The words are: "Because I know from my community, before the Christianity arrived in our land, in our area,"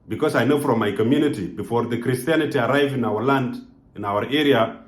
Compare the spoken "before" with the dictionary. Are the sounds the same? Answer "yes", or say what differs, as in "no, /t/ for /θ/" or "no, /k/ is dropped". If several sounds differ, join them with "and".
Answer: yes